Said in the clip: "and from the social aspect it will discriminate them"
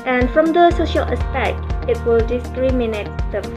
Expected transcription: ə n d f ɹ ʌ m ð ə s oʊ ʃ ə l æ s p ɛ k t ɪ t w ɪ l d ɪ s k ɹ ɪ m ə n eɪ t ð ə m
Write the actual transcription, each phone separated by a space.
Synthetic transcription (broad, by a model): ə n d f ɹ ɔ m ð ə s oʊ ʃ ə l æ s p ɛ k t ɪ t w ɪ l d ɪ s k ɹ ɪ m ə n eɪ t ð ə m